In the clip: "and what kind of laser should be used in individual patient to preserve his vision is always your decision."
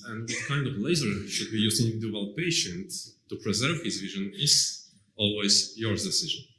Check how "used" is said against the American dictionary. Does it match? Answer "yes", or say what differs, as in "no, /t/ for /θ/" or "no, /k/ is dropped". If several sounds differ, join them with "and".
no, /d/ is dropped